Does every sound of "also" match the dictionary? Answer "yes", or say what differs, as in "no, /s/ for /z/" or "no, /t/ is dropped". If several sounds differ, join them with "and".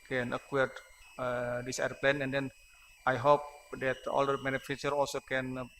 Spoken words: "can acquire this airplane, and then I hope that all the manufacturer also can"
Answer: yes